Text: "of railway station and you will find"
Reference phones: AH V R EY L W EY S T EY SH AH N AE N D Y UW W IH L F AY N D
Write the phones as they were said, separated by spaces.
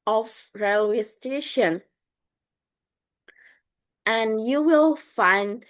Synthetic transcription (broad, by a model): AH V R EY L W EY S T EY SH AH N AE N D Y UW W IH L F AY N D